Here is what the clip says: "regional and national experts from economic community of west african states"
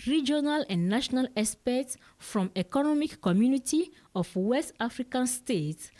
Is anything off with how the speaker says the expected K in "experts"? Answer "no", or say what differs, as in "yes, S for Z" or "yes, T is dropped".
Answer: yes, K is dropped